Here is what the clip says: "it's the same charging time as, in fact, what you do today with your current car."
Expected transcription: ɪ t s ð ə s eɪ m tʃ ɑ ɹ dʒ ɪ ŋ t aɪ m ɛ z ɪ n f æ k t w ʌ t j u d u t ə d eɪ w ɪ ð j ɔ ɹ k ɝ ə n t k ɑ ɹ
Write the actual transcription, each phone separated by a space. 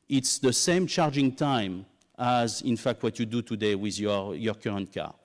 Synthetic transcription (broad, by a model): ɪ t s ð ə s eɪ m tʃ ɑ ɹ dʒ ɪ ŋ t aɪ m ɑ z ɪ n f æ k t w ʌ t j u d u t ə d eɪ w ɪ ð j ɔ ɹ k ɝ ə n t k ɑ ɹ